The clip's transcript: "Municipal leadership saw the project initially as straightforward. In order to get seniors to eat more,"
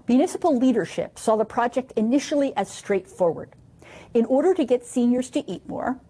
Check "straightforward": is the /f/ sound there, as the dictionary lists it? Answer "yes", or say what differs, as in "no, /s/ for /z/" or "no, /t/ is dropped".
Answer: yes